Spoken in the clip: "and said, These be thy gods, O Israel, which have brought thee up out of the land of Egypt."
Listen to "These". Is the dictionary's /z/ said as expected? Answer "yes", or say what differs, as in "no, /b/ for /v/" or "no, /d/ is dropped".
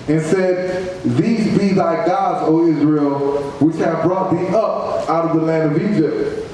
yes